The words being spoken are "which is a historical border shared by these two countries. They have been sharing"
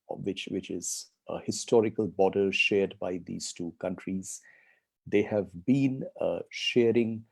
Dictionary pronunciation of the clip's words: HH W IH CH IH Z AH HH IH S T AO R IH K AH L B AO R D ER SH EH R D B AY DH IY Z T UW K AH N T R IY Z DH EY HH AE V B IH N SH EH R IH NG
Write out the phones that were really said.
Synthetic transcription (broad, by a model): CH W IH CH IH Z AH HH IH S T AO R IH K AH L B AO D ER SH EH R D B AY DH IY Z T UW K AH N T R IY Z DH EY HH AE V B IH N SH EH R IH NG